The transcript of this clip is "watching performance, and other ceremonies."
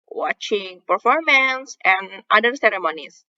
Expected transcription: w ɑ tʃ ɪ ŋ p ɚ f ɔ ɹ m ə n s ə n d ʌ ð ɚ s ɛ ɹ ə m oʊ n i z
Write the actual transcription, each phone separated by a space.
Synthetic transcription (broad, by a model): w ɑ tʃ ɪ ŋ p ɚ f ɔ ɹ m ə n s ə n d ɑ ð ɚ s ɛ ɹ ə m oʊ n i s